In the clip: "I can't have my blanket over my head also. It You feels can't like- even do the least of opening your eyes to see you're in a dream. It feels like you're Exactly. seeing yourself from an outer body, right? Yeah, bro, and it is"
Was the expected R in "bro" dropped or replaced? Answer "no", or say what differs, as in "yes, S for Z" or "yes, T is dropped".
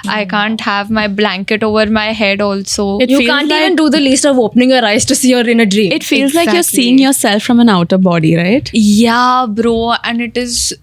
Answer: no